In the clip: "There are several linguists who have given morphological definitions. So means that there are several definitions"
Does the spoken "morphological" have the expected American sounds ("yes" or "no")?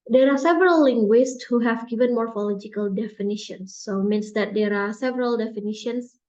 yes